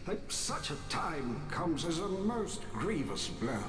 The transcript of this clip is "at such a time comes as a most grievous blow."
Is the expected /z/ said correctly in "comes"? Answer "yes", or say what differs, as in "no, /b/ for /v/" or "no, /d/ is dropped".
yes